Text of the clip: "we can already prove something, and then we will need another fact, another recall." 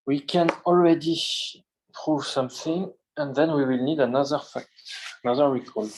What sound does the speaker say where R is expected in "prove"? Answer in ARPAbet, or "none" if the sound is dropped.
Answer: R